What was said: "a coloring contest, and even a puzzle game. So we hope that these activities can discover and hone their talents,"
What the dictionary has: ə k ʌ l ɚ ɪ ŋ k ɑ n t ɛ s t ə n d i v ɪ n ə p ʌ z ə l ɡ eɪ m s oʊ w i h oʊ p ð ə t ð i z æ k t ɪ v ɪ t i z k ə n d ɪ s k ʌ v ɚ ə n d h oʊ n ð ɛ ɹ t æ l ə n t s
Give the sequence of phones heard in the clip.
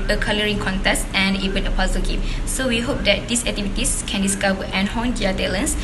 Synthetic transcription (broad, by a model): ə k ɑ l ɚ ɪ ŋ k ɑ n t ɛ s t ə n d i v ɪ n ə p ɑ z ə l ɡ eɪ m s oʊ w i h oʊ p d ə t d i s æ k t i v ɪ t i s k ə n d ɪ s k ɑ w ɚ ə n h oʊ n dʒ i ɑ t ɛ l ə n s